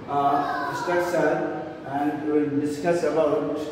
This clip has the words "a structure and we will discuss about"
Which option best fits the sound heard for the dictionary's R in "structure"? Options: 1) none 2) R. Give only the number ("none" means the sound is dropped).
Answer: 1